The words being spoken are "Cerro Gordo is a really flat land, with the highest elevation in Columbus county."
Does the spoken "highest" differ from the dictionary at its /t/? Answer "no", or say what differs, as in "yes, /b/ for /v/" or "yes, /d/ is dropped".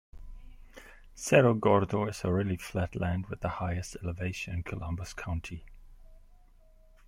no